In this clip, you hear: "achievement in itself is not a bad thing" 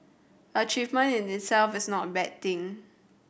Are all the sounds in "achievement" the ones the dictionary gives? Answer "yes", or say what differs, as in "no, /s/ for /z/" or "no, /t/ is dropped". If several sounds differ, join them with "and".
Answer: no, /t/ is dropped